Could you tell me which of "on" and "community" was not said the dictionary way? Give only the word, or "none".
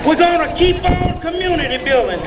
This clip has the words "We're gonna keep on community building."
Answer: on